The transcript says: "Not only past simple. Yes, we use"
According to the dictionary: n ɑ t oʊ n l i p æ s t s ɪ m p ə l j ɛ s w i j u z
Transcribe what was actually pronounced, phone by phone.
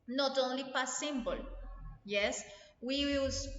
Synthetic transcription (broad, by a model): n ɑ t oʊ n l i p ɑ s s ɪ m b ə l j ɛ s w i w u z